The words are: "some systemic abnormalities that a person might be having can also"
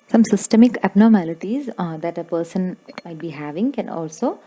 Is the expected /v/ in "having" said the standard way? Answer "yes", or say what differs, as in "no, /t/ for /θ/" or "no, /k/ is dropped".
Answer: yes